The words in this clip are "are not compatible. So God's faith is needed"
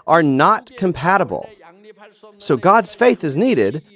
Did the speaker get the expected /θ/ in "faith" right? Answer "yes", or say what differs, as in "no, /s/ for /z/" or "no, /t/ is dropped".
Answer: yes